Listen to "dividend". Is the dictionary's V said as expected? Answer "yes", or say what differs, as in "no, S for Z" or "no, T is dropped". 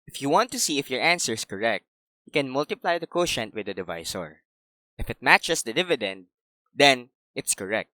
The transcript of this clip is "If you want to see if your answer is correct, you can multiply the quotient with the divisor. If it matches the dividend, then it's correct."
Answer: yes